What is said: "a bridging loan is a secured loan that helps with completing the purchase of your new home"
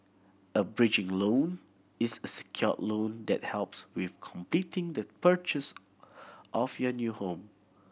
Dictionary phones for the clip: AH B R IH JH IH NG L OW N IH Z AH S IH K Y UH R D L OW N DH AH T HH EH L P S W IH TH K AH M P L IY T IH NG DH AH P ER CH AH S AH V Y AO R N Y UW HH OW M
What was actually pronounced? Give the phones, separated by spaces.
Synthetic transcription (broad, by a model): AH B R IH JH IH NG L OW N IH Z AH S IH K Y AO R L OW N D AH T HH EH L P S W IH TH K AH M P L IY T IH NG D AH P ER CH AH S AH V Y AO N Y UW HH OW M